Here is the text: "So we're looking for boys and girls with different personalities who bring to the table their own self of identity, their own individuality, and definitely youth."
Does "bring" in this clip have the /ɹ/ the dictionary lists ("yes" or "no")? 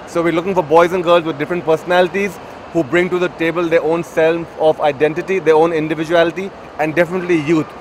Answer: yes